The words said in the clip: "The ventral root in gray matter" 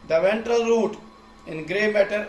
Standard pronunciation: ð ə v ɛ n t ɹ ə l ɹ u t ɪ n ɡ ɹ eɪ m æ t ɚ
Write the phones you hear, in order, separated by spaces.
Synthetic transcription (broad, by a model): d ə v ɛ n t ɹ ə l ɹ u t ɪ n ɡ ɹ eɪ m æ t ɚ